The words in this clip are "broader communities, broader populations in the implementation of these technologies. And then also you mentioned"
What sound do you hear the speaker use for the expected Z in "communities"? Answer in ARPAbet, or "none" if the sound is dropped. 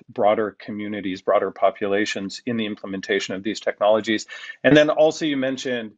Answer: Z